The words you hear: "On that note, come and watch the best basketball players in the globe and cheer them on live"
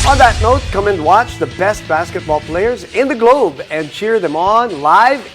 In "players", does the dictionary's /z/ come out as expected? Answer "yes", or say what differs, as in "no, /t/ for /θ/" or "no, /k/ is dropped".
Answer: yes